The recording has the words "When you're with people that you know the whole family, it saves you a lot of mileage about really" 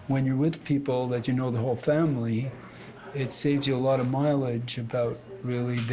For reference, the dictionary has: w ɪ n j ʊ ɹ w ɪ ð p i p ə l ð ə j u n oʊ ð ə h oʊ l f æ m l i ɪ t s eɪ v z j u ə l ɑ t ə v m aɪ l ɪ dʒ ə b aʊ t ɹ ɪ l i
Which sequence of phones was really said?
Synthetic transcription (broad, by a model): w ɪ n j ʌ ɹ w ɪ ð p i p l ð ə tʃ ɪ n oʊ ð ə h oʊ l f æ m l i ɪ t s eɪ v z j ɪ ə l ɑ t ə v m aɪ l ɪ dʒ ə b aʊ t ɹ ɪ l i